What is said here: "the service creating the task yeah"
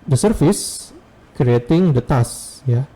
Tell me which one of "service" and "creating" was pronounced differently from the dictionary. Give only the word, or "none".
service